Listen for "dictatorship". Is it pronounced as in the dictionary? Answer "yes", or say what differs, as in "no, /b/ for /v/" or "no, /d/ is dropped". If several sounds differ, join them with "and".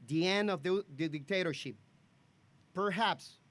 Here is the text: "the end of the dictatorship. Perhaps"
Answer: yes